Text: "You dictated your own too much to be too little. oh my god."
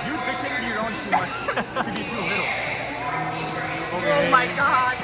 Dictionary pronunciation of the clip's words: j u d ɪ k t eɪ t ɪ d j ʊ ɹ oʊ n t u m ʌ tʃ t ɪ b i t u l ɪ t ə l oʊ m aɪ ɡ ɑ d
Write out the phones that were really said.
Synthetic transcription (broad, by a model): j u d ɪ t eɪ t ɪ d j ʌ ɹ oʊ n t u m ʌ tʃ t ɪ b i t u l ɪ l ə oʊ m aɪ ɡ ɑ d